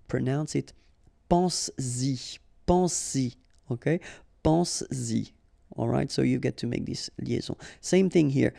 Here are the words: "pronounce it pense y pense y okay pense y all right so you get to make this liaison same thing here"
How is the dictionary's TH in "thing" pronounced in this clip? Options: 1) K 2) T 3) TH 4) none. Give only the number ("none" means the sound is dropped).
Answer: 3